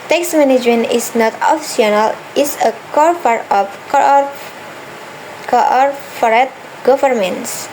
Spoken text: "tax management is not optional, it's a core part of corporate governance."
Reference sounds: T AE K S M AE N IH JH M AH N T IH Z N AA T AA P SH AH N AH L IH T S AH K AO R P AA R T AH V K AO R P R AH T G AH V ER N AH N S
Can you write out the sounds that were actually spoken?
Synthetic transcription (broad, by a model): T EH K S M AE N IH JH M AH N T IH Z N AA T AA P S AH N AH L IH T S AH K AO R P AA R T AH F K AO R F R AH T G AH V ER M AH N S